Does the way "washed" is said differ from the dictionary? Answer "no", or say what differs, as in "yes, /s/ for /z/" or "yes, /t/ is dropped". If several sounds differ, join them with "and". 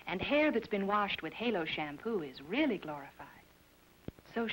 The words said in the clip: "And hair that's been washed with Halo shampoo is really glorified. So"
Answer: no